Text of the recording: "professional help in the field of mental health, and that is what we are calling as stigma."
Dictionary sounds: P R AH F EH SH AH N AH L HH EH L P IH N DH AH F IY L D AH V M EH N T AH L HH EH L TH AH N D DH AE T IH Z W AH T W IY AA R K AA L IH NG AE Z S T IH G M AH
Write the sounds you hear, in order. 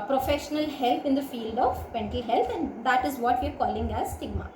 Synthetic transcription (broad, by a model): P R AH F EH SH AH N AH L HH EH L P IH N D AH F IY L D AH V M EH N T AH L HH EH L T AH N D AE T IH Z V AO T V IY AA R K AA L IH NG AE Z S T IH G M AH